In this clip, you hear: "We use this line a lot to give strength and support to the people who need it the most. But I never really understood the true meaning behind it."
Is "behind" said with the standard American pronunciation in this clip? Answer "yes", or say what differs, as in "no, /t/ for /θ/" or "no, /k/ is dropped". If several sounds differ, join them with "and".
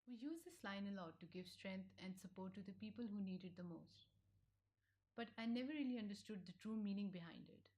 yes